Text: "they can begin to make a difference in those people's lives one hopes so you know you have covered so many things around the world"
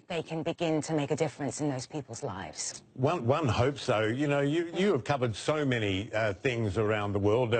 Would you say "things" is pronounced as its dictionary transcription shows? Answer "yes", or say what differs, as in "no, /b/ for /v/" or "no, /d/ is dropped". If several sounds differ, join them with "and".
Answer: yes